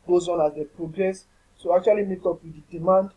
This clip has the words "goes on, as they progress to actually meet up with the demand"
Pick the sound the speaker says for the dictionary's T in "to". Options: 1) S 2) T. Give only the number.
1